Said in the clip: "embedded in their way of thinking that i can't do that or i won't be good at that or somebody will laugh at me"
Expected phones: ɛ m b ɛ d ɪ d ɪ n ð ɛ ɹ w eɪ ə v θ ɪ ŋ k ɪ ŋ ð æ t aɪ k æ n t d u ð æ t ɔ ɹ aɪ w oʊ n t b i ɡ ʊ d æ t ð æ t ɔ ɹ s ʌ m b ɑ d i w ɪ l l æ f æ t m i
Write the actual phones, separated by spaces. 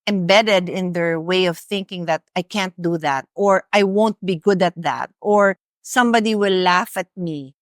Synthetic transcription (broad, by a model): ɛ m b ɛ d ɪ d ɪ n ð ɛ ɹ w eɪ ə v θ ɪ ŋ k ɪ ŋ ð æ t aɪ k æ n t d u ð æ t ɔ ɹ aɪ w oʊ n t b i ɡ ʊ d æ t ð æ t ɔ ɹ s ʌ m b ɑ d i w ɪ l l æ f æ t m i